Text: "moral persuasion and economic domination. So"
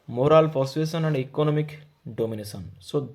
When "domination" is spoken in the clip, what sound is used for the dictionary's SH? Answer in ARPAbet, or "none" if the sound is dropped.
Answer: S